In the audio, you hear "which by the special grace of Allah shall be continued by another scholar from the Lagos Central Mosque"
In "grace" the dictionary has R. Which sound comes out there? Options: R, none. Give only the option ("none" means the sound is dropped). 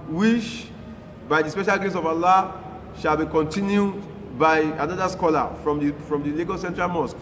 none